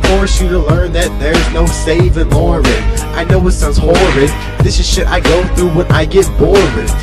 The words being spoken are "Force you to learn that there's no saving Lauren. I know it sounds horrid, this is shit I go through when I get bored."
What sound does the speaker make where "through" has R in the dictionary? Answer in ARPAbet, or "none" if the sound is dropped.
R